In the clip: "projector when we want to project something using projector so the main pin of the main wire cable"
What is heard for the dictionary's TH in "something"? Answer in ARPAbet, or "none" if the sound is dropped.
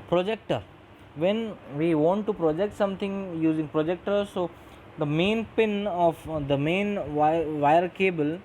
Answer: T